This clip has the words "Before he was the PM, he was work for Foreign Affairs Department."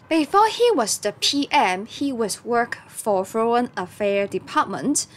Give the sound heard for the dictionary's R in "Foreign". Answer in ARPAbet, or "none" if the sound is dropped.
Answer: none